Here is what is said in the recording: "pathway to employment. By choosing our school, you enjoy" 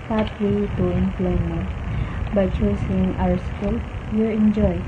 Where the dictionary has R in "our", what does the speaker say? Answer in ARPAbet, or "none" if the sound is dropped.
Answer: W